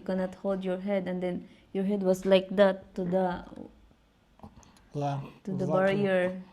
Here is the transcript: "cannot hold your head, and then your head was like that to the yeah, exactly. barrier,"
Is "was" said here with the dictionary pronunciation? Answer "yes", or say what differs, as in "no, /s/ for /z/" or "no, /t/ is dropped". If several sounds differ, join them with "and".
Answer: no, /s/ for /z/